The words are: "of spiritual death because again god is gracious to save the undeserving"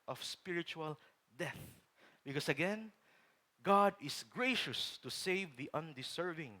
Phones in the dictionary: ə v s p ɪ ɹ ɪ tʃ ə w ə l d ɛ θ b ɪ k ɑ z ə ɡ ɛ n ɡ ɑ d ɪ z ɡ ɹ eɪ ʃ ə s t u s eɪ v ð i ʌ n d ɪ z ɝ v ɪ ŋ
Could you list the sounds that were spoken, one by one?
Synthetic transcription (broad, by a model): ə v s p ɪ ɹ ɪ tʃ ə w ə l d ɛ θ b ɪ k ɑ s ə ɡ ɛ n ɡ ɑ d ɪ s ɡ ɹ eɪ ʃ ə s t u s eɪ v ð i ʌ n d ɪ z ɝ v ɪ ŋ